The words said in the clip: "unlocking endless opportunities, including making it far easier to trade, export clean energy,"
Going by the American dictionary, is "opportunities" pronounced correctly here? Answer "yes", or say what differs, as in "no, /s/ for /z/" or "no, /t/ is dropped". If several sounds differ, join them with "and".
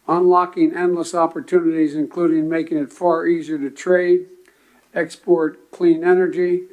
yes